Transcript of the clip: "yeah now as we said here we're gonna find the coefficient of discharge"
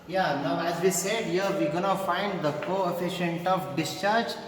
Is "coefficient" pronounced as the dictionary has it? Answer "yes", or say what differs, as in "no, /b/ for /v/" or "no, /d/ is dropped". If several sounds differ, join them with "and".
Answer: yes